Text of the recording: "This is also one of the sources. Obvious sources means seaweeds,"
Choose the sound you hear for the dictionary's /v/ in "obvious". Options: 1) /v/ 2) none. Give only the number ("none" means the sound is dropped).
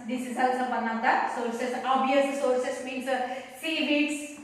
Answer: 2